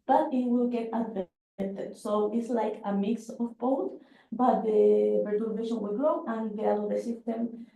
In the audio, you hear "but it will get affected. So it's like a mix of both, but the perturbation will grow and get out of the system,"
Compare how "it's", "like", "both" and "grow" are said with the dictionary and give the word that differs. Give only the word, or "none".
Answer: both